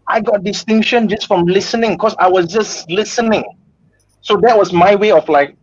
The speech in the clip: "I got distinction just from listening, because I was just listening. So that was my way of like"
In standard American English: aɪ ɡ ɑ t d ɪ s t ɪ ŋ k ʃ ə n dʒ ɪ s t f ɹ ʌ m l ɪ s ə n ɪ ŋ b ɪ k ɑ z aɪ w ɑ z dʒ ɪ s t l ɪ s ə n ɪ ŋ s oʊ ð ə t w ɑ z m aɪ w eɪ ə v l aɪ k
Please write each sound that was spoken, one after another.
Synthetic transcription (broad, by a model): aɪ ɡ ɑ t d ɪ s t ɪ ŋ k ʃ ə n dʒ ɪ s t f ɹ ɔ m l ɪ s ə n ɪ ŋ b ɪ k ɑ s aɪ w ɑ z dʒ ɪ s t l ɪ s ə n ɪ ŋ s oʊ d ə t w ɑ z m aɪ w eɪ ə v l aɪ k